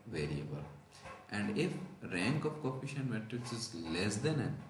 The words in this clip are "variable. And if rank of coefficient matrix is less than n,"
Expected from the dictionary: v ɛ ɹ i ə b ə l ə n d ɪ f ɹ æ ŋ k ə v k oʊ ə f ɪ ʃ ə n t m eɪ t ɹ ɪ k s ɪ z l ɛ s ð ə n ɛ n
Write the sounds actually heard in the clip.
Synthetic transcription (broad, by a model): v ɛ ɹ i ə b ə l ə n d ɪ f ɹ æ ŋ k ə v k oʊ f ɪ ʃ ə n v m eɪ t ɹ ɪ s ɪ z l ɛ s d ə n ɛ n